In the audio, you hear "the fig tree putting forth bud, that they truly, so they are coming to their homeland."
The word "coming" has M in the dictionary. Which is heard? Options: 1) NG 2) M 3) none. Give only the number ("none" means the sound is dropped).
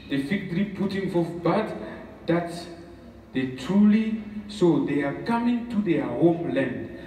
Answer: 2